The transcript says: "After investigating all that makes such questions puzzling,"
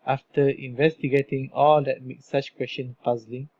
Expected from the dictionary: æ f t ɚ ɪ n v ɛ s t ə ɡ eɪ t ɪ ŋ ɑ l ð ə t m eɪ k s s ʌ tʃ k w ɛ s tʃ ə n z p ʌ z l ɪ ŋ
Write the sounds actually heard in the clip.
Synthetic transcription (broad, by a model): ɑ f t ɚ ɪ n v ɛ s t ə ɡ eɪ t ɪ ŋ ɑ l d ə t m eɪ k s s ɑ tʃ k w ɛ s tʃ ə n p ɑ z l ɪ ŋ